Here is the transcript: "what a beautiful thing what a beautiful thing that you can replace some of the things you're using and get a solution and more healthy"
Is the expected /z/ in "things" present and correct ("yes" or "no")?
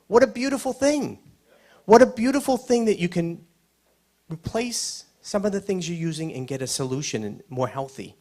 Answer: yes